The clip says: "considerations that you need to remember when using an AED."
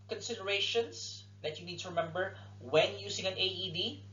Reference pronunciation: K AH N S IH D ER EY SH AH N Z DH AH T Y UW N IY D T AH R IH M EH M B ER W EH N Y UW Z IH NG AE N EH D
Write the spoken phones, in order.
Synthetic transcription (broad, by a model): K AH N S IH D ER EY SH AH N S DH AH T Y UW N IY D T AH R IH M EH M B ER W EH N Y UW S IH NG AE N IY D